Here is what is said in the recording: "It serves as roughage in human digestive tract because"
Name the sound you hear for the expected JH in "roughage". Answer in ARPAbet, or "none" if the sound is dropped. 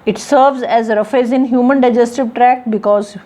Z